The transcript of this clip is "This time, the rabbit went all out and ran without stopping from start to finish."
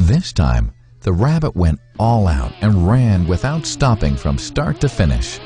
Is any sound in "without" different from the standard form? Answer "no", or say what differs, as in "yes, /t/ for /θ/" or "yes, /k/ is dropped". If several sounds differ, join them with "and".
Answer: no